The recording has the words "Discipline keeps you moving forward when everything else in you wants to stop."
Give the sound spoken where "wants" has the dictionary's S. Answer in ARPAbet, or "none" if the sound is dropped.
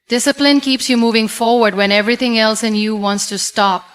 S